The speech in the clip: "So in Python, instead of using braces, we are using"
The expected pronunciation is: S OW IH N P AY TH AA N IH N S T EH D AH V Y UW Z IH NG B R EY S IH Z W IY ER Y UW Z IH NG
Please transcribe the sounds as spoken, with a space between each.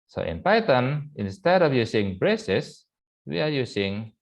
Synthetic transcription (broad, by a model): S OW IH N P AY T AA N IH N S T EH D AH F Y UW S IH NG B R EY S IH S W IY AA Y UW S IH NG